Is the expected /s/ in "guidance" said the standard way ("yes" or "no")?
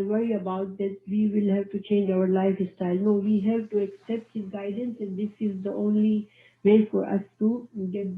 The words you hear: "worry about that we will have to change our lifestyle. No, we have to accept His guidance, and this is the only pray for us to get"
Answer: yes